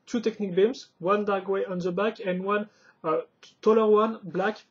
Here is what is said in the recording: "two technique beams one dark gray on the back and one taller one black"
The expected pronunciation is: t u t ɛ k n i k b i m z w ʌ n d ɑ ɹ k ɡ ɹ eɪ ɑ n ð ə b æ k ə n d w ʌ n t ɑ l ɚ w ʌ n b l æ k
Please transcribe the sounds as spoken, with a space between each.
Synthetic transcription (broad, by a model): t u t ɛ k n i k b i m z w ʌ n d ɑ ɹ ɡ w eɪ ɑ n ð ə b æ k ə n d w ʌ n t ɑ l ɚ w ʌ n b l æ k